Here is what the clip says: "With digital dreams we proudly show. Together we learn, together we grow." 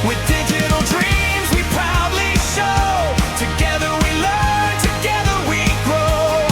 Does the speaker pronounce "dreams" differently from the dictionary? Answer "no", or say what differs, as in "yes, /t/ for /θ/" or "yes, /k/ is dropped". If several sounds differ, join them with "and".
no